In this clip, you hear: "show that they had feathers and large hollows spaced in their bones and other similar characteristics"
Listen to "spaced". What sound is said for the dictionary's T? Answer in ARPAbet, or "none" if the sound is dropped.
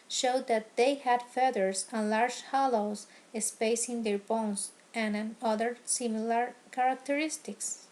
none